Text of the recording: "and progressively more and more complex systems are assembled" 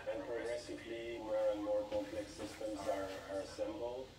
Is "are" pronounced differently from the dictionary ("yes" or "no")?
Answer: no